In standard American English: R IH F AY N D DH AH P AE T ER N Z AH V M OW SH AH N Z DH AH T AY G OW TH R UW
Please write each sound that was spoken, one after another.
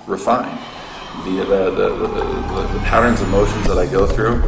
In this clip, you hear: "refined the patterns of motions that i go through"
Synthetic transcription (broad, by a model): R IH F AY N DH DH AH P AE T ER N Z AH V M OW SH AH N Z DH AH T AY G OW TH R UW